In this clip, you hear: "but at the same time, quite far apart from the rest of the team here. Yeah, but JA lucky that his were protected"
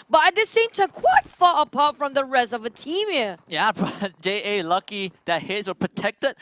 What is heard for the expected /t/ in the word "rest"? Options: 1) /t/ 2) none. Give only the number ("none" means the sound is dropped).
2